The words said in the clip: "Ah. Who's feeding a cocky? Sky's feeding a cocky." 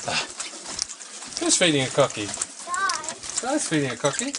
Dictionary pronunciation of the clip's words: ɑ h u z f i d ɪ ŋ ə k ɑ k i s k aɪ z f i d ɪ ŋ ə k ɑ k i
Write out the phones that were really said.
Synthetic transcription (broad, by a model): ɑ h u s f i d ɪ ŋ ə k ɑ k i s aɪ s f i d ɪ ŋ ə k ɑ k i